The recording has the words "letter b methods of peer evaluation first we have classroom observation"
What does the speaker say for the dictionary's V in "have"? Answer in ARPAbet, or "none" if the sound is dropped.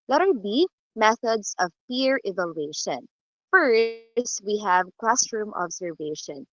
V